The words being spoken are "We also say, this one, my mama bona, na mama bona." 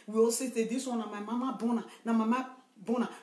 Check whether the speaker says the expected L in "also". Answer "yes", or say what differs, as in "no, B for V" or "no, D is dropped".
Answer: no, L is dropped